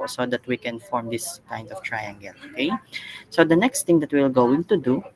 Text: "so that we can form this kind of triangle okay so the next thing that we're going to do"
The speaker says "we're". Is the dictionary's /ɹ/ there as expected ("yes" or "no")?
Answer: no